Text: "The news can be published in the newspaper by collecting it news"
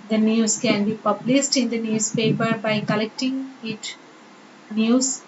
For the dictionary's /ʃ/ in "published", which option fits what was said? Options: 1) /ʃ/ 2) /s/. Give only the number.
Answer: 2